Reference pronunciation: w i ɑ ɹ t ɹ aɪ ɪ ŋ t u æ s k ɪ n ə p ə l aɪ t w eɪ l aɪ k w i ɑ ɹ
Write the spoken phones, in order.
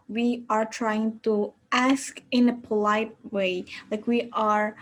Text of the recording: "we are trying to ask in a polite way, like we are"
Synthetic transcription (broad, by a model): w i ɑ ɹ t ɹ aɪ ɪ ŋ t u æ s k ɪ n ə p ə l aɪ t w eɪ l aɪ k w i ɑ ɹ